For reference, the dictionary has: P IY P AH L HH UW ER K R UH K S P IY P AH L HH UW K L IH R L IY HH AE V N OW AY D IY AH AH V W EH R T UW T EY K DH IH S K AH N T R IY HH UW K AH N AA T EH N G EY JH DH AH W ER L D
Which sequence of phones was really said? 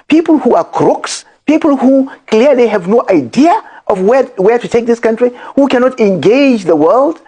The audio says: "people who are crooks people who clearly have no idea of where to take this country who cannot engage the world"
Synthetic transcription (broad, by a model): P IY P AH L HH UW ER K R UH K S P IY P AH L HH UW K L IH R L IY HH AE V N OW AY D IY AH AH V W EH W T UW T EY K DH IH S K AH N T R IY HH UW K AH N AA T EH N G EY JH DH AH W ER L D